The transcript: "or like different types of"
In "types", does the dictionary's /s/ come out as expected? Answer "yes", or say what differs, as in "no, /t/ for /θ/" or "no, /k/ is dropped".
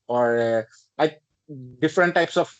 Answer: yes